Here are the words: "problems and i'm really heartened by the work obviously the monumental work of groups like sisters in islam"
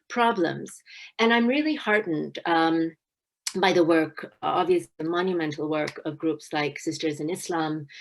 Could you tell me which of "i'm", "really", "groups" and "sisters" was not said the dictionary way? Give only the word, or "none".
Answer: none